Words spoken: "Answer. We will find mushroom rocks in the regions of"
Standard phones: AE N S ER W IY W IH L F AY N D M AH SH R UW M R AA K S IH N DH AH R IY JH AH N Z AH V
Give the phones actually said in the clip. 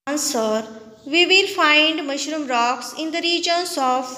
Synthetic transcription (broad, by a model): N S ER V IY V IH L F AY N D M AH SH R UW M R AA K S IH N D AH R IY JH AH N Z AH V